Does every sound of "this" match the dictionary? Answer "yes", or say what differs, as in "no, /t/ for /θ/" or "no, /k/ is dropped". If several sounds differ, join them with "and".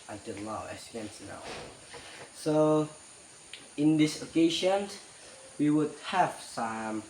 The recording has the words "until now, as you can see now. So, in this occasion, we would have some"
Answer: yes